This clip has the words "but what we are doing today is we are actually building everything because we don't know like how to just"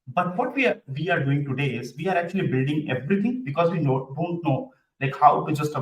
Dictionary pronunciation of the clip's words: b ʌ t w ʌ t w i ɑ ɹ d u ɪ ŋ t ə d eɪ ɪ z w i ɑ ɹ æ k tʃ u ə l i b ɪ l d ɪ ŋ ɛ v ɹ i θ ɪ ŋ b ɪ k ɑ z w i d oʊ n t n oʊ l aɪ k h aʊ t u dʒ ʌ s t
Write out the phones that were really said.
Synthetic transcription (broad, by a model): b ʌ t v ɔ t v i ɑ ɹ d u ɪ ŋ t ə d eɪ ɪ z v i ɑ ɹ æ k tʃ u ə l i b ɪ l d ɪ ŋ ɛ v ɹ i t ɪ ŋ b ɪ k ɑ z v i d oʊ n t n oʊ l aɪ k h aʊ t u dʒ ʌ s t